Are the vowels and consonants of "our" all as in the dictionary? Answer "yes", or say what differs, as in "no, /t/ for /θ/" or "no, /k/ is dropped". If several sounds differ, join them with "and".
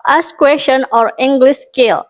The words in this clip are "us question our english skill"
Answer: yes